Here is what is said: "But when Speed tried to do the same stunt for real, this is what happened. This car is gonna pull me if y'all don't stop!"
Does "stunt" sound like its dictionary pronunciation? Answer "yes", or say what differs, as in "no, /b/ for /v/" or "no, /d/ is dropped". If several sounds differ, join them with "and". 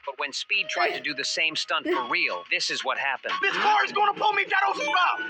yes